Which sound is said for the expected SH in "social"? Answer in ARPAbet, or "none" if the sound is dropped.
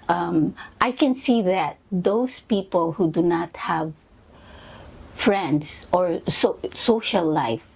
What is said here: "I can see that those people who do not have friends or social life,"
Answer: S